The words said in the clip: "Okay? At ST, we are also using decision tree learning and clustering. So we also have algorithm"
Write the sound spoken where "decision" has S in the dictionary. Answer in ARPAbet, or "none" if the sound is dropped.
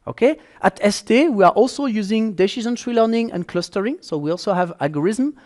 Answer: SH